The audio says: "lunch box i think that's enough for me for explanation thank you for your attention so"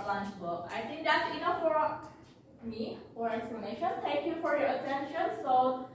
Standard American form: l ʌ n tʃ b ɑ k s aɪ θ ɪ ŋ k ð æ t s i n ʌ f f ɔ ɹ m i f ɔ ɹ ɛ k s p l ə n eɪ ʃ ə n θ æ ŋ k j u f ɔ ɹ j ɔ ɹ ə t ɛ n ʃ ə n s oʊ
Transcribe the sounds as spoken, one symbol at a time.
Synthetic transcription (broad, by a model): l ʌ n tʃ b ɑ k aɪ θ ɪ ŋ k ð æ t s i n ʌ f f ɔ ɹ m i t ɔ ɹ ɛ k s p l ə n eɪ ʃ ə n t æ ŋ k j u f ɔ ɹ j ɔ ɹ ə t ɛ n ʃ ə n s oʊ